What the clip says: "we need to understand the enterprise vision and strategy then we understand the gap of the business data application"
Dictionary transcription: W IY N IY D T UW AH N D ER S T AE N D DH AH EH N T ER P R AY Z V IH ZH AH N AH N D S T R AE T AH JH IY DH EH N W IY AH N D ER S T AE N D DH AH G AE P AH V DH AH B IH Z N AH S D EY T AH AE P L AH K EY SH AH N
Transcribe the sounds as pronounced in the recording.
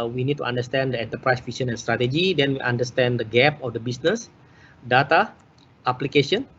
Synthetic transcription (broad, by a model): W IY N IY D T UW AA N D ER S T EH N D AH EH N T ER P R AY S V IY S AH N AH N S T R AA T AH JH IY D EH N W IY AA N D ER S T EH N D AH G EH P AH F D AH B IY S N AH S D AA T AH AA P L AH K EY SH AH N